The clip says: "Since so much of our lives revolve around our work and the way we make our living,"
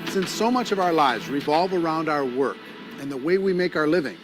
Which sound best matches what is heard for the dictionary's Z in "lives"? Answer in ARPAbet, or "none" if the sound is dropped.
Z